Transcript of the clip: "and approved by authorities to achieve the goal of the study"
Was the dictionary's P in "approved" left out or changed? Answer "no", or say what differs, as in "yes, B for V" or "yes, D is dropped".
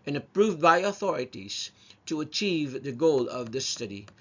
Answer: no